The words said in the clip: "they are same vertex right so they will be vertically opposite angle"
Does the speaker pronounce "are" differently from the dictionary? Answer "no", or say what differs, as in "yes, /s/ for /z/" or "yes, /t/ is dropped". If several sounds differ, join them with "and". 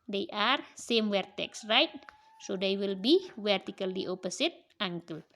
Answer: no